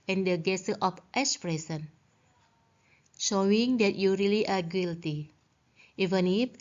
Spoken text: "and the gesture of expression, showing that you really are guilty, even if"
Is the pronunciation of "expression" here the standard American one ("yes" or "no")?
no